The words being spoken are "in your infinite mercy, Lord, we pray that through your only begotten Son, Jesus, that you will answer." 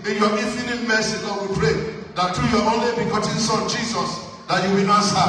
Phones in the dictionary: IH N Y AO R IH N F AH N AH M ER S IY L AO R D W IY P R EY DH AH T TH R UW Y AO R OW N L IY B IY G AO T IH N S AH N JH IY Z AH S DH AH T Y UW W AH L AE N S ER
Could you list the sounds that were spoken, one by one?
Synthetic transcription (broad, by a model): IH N Y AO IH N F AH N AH M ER S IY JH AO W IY P R EY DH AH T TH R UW Y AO OW N L IY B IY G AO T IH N S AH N JH IY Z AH S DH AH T Y UW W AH N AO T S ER